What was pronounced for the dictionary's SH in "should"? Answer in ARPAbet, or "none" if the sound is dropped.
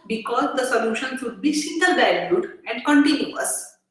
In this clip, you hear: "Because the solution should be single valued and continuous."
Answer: S